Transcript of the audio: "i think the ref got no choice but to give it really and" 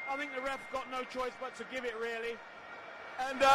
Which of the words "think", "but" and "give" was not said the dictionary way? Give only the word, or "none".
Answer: none